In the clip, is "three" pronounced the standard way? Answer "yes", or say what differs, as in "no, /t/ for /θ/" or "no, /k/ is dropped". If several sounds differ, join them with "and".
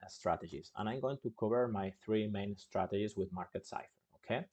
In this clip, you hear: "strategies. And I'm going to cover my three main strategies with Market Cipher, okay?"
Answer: yes